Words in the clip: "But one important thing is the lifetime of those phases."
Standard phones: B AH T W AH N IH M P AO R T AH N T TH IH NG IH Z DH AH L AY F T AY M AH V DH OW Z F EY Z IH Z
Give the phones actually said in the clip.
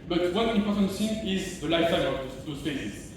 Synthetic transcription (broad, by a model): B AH T W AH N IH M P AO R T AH N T S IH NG IH Z DH AH L AY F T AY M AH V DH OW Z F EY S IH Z